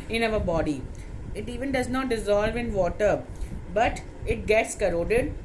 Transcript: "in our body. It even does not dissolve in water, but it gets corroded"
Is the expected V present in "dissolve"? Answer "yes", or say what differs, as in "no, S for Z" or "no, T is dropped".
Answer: yes